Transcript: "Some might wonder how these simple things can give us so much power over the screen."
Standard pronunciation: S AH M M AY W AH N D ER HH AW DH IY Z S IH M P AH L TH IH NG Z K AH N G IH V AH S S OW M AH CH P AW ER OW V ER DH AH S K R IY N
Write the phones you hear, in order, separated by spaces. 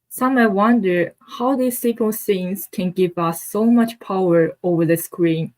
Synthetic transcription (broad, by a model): S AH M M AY W AH N D ER HH AW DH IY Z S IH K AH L S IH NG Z K AH N G IH V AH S S OW M AH CH P AW ER OW V ER DH AH S K R IY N